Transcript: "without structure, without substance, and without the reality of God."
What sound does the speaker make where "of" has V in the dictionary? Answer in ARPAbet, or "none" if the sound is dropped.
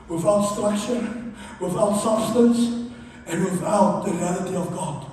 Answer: V